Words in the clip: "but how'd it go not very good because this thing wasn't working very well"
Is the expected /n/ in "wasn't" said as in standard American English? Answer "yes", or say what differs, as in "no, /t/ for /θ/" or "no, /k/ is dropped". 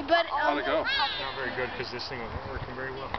no, /n/ is dropped